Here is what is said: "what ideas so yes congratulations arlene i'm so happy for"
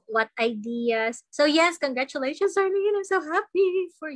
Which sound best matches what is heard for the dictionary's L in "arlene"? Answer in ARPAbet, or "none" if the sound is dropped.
N